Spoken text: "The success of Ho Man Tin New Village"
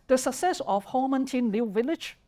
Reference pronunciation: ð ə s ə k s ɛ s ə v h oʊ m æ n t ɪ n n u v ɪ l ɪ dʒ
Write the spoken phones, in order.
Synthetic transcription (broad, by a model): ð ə s ə k s ɛ s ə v h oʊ m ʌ n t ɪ n l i v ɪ l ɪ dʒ